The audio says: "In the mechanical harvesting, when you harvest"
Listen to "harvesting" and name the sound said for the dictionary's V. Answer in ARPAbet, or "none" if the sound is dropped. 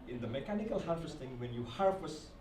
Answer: F